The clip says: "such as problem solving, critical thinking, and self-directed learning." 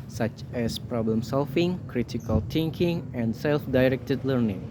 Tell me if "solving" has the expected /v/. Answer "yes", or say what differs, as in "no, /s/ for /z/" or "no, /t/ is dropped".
no, /f/ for /v/